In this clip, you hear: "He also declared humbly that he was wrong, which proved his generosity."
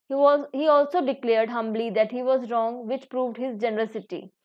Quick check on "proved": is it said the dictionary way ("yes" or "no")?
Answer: yes